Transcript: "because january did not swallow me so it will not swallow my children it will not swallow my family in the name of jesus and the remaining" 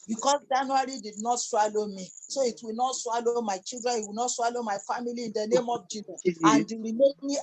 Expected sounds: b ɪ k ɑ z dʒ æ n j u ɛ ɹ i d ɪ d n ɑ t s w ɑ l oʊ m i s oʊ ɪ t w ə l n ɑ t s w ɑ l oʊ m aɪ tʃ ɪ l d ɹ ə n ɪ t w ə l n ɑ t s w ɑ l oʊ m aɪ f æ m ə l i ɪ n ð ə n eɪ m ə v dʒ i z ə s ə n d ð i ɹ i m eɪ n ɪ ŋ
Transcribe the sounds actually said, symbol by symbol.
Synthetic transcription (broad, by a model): b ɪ k ɑ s dʒ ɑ n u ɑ ɹ i d ɪ d n ɑ t s w ɑ l oʊ m i s oʊ ɪ t w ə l n ɑ t s w ɑ l oʊ m aɪ tʃ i l d ɹ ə n ɪ t w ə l n ɑ t s w ɑ l oʊ m aɪ f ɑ m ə l i ɪ n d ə n eɪ m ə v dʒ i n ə ə n d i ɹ i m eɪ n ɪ